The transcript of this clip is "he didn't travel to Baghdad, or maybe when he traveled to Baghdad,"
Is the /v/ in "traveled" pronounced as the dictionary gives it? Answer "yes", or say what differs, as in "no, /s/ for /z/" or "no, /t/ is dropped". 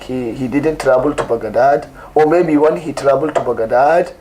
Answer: no, /b/ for /v/